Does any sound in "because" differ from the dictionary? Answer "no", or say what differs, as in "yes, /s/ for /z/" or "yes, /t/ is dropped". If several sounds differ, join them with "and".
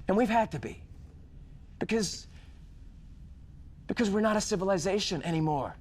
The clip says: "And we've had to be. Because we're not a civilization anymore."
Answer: no